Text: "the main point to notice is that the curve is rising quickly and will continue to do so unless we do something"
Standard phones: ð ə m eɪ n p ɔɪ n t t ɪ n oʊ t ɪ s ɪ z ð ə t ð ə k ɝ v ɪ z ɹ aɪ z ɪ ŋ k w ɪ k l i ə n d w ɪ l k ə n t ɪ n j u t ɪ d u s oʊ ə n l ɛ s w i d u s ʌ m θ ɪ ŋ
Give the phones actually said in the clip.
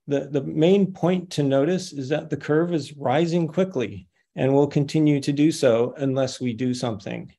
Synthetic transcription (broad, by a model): ð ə m eɪ n p ɔɪ n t t ɪ n oʊ t ɪ s ɪ z ð ə t ð ə k ɝ v ɪ z ɹ aɪ z ɪ ŋ k w ɪ k l i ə n w ɪ l k ə n t ɪ n j u t ɪ d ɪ s oʊ ə n l ɛ s w i d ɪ s ʌ m θ ɪ ŋ